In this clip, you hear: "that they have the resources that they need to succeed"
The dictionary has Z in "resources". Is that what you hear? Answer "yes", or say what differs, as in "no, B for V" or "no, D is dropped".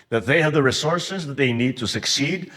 yes